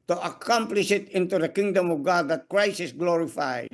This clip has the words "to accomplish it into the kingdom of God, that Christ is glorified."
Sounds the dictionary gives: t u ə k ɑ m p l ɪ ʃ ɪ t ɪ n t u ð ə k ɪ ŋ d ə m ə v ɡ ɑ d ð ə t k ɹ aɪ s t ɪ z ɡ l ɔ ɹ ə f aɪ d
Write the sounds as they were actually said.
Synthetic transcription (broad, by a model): t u ə k ɑ m p l ɪ ʃ ɪ t ɪ n t u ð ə k ɪ ŋ d ə m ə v ɡ ɑ d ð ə t k ɹ aɪ s ɪ s ɡ l ɔ ɹ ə f aɪ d